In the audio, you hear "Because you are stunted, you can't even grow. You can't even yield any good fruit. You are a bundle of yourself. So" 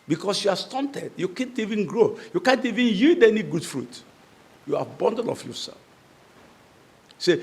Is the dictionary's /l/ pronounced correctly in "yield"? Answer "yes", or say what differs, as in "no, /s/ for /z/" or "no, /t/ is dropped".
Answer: no, /l/ is dropped